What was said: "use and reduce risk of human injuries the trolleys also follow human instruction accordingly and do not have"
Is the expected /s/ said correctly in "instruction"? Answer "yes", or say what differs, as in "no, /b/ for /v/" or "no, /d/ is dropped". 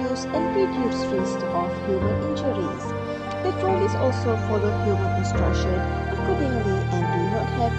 yes